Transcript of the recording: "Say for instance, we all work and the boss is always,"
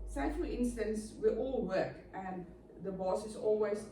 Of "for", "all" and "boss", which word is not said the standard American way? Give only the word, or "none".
for